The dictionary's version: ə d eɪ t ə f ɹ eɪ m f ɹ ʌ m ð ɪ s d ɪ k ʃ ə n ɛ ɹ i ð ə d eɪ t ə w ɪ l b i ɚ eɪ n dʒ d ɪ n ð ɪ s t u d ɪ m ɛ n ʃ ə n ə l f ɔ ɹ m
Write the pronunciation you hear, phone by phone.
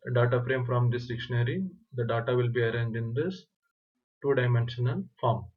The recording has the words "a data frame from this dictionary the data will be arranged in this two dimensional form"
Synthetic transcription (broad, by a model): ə d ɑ t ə f ɹ eɪ m f ɹ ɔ m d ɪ s d ɪ k ʃ ə n ɛ ɹ i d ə d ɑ t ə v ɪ l b i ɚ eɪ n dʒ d ɪ n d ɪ s t u d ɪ m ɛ n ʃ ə n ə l f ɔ ɹ m